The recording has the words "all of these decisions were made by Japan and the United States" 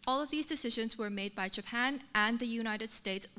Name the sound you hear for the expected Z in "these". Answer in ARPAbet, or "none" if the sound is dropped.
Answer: Z